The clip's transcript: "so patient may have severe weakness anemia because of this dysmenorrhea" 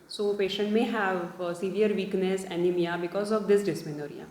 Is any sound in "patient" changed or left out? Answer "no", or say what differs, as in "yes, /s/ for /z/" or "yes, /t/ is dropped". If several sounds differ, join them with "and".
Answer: no